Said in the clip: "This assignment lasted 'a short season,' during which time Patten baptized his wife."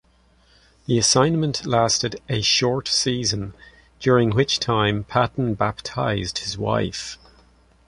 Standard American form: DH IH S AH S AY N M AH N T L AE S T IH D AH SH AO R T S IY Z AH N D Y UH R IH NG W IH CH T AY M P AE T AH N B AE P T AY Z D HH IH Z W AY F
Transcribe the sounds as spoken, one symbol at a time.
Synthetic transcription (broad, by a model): DH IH AH S AY N M AH N T L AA S T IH D AH SH AO R T S IY Z AH N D Y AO R IH NG W IH CH T AY M P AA T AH N B AE P T AY Z D HH IH Z W AY F